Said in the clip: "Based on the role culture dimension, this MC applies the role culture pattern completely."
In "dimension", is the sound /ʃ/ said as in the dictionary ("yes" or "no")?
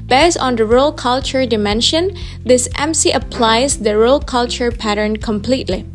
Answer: yes